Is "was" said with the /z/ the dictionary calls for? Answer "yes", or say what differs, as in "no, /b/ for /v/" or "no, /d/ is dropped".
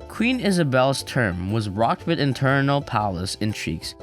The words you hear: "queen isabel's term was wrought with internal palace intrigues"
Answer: yes